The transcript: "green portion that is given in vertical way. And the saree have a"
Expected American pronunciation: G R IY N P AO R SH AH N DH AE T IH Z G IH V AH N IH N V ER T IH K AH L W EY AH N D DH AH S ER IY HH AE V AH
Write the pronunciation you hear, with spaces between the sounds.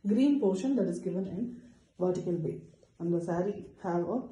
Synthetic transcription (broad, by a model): G R IY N P AO R SH AH N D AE T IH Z G IH V AH N IH N V ER T IH K AH L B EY AH N D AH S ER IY HH AE V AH